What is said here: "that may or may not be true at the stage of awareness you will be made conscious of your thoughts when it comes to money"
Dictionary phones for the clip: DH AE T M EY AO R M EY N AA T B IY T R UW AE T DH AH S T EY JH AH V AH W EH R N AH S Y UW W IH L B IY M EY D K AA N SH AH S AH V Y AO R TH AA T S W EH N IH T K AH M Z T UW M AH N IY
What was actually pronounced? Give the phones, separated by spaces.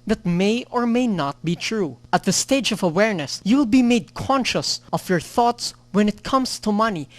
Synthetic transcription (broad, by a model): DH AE T M EY AO R M EY N AA T B IY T R UW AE T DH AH S T EY JH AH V AH W EH R N AH S Y UW W IH L B IY M EY D K AA N SH AH S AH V Y AO R TH AA T S W EH N IH T K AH M S T UW M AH N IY